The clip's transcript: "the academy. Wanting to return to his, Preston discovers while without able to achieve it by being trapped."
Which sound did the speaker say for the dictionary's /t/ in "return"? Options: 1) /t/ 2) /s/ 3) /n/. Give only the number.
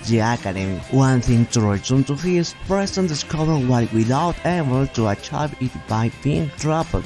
2